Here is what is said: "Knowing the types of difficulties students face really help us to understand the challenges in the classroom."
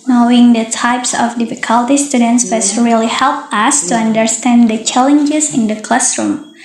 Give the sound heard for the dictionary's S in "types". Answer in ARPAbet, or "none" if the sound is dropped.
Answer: S